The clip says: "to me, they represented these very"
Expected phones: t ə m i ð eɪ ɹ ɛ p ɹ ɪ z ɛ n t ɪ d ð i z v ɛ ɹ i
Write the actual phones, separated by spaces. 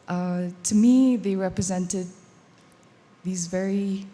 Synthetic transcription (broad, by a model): t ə m i ð eɪ ɹ ɛ p ɹ ɪ z ɛ n t ɪ d ð i z v ɛ ɹ i